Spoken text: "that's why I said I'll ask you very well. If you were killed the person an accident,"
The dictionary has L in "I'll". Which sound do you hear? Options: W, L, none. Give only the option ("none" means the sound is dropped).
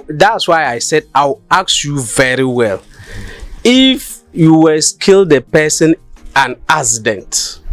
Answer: W